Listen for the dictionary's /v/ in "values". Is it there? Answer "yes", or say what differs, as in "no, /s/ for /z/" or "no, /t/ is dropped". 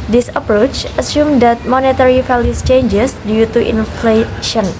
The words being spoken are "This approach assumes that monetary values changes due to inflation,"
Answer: no, /f/ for /v/